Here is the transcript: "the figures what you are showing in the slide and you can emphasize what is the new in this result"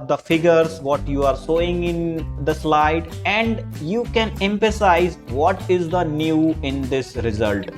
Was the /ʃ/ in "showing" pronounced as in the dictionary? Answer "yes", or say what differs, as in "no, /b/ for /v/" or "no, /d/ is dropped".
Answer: no, /s/ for /ʃ/